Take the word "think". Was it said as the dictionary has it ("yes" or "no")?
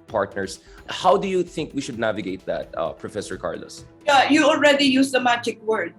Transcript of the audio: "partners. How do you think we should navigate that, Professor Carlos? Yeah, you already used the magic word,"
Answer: yes